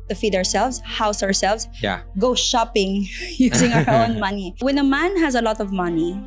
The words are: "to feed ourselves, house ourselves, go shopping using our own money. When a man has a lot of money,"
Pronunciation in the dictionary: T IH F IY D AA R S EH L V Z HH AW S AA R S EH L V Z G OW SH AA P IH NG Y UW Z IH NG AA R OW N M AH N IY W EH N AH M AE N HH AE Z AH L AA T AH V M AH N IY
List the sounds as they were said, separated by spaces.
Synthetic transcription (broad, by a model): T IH F IY D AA R S EH L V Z HH AW S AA R S EH L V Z G OW SH AA P IH NG Y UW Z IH NG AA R OW N M AH N IY W EH N AH M AE N HH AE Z AH L AA T AH V M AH N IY